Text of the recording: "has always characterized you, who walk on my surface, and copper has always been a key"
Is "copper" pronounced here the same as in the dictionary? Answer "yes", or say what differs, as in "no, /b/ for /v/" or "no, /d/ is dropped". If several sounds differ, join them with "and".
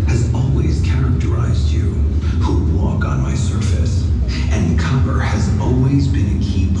no, /b/ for /p/